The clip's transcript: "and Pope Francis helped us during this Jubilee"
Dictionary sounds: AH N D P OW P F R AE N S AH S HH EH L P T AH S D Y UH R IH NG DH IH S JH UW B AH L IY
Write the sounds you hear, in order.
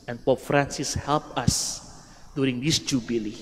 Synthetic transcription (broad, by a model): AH N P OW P F R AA N S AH S HH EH L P AH S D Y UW R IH NG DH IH S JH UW B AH L IY